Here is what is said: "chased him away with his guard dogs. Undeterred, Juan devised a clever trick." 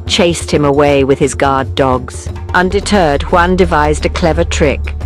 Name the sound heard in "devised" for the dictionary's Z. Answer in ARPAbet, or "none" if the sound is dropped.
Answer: Z